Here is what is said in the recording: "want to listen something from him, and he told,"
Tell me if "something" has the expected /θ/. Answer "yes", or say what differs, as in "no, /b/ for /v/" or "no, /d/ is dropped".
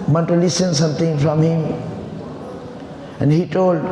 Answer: no, /t/ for /θ/